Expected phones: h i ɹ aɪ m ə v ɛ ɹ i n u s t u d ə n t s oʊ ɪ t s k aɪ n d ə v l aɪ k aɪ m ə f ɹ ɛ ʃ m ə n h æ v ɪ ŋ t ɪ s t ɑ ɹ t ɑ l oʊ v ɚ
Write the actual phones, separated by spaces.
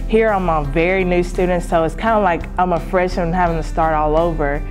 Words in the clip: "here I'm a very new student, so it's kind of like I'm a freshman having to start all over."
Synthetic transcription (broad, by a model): h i ɹ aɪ m ə v ɛ ɹ i n u s t u d n t s oʊ ɪ t s k aɪ n d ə l aɪ k aɪ m ə f ɹ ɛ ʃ ə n h æ v ɪ ŋ t ɪ s t ɑ ɹ t ɑ l oʊ v ɚ